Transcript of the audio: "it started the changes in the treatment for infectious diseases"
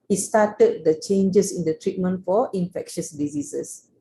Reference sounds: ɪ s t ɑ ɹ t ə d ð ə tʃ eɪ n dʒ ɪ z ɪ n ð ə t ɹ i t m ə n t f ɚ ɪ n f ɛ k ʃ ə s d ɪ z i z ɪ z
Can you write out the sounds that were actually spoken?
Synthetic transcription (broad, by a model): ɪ s t ɑ t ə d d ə tʃ eɪ n dʒ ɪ s ɪ n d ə t ɹ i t m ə n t f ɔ ɪ n f ɛ k ʃ ə s d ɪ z i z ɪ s